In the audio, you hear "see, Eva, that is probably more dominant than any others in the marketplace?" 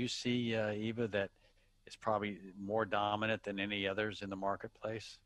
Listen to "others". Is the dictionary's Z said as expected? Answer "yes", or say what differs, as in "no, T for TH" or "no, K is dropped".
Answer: yes